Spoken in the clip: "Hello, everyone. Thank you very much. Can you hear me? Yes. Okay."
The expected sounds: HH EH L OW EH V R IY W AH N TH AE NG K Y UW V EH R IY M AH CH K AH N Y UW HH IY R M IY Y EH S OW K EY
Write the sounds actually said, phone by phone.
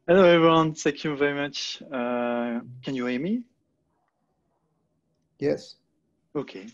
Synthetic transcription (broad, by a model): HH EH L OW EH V R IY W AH N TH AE K Y UW V EH R IY M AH CH K AH N Y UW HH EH M IY Y EH S OW K EY